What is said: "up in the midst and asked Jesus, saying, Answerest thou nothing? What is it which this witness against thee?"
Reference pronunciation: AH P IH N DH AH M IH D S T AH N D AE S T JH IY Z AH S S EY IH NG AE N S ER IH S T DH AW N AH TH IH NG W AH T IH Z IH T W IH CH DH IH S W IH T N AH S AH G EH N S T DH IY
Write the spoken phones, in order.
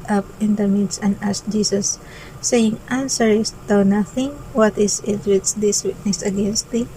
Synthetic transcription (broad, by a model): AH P IH N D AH M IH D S AH N D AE S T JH IY S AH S S EY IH NG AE N S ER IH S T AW N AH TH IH NG W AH T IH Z IH T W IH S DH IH S W IH T N AH S AH G EH N S T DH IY